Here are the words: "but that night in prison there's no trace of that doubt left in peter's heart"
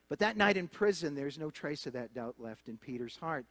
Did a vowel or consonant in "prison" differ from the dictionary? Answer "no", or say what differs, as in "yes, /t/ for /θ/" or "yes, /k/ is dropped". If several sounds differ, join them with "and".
no